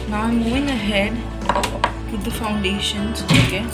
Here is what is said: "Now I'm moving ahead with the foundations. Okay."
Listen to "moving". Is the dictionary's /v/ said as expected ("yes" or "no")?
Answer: no